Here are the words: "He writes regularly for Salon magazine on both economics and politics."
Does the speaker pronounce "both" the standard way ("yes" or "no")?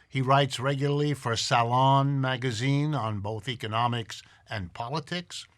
yes